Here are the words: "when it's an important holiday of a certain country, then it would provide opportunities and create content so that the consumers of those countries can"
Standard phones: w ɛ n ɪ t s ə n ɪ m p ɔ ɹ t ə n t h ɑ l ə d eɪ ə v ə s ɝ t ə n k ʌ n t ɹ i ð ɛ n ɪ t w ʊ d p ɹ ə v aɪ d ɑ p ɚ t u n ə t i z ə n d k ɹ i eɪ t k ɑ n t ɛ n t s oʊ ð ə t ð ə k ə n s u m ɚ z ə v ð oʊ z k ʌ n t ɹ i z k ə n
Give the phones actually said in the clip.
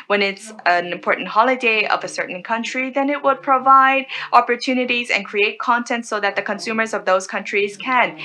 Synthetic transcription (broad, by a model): w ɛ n ɪ t s ə n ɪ m p ɔ ɹ t n t h ɑ l ə d eɪ ə v ə s ɝ t n k ʌ n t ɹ i ð ɛ n ɪ t w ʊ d p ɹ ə v aɪ d ɑ p ɚ t u n ə t i z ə n k ɹ i eɪ t k ɑ n t ɛ n t s oʊ ð ə t ð ə k ə n s u m ɚ z ə v ð oʊ z k ʌ n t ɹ i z k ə n